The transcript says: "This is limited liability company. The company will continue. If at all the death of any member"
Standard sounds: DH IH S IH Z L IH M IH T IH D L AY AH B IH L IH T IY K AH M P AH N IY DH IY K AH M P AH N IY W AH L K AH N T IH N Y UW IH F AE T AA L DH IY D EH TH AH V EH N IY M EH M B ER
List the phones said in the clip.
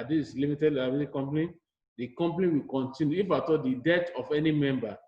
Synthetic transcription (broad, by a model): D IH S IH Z L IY M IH T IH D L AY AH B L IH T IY K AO M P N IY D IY K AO M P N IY W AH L K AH N T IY N Y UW IH F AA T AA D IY D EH T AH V EH N IY M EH M B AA